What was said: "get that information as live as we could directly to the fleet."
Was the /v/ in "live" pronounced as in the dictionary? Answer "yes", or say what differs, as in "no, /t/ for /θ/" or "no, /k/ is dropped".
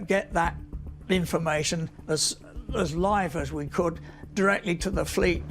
yes